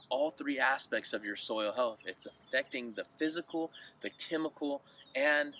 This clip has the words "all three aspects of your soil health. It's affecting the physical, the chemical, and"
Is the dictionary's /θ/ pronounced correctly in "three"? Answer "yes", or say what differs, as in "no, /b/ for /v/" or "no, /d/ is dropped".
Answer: yes